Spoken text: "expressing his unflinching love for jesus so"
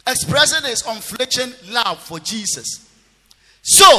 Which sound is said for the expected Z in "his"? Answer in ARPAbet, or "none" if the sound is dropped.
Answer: S